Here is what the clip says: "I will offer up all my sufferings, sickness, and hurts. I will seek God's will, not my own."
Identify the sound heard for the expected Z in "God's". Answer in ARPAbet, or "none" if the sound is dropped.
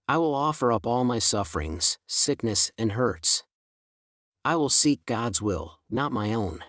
Z